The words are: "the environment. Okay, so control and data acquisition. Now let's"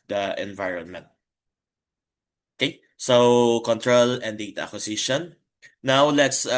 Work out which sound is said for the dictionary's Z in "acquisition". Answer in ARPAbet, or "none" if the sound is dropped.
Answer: S